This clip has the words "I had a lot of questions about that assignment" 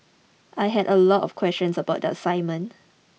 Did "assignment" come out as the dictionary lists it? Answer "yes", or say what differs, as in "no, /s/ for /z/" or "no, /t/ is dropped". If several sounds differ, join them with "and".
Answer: no, /n/ is dropped and /t/ is dropped